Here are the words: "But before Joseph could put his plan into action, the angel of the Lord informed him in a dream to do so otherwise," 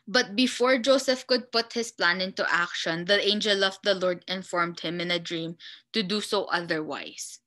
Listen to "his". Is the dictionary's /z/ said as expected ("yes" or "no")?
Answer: no